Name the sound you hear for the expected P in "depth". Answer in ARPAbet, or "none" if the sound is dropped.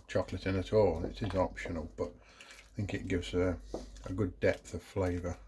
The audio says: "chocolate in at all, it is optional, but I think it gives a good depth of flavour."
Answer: P